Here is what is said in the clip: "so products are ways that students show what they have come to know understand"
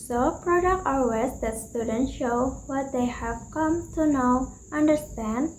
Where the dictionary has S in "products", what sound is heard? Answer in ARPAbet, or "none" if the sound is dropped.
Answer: none